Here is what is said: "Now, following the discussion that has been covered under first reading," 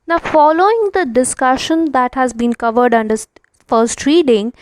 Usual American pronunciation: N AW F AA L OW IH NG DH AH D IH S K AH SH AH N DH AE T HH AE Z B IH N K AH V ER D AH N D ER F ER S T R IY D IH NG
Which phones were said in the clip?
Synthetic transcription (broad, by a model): N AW F AA L OW IH NG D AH D IH S K AH SH AH N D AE T HH AE Z B IH N K AH V ER D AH N D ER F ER S T R IY D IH NG